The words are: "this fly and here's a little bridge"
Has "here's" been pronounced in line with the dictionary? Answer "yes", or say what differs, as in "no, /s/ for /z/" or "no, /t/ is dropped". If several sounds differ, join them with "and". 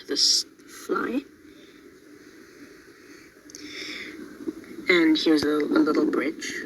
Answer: no, /w/ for /ɹ/